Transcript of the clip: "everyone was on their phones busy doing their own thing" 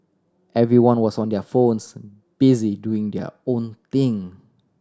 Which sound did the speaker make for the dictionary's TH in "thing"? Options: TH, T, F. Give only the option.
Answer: T